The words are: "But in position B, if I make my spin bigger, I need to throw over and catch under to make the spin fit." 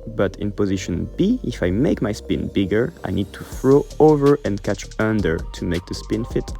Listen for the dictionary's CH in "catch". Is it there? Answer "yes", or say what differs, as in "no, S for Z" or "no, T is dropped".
yes